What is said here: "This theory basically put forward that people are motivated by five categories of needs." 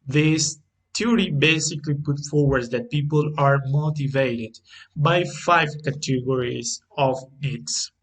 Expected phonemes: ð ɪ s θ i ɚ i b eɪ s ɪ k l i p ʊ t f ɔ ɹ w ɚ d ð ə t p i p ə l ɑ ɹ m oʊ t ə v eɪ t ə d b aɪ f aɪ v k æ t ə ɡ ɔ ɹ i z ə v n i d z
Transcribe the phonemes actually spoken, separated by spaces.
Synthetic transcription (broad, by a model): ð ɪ s t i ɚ i b eɪ s ɪ k l i p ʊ t f ɔ ɹ w ɚ d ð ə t p i p ə l ɑ ɹ m oʊ t ə v eɪ t ə d b aɪ f aɪ v k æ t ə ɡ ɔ ɹ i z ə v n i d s